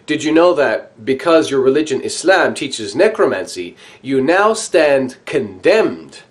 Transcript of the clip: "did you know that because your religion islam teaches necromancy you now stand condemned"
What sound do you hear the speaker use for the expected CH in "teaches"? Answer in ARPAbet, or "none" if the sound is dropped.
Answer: CH